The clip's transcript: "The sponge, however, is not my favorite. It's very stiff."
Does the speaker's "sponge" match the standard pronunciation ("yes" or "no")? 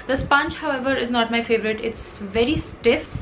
no